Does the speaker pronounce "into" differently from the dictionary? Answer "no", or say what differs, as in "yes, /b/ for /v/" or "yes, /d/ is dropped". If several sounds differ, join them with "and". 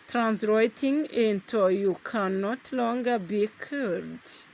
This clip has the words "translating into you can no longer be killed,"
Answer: no